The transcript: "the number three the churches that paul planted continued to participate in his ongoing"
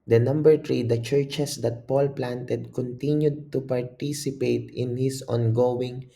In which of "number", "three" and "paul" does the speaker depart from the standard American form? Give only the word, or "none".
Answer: three